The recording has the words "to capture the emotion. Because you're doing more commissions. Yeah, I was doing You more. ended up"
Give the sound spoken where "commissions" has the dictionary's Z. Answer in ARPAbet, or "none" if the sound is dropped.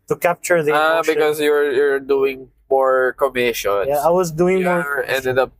none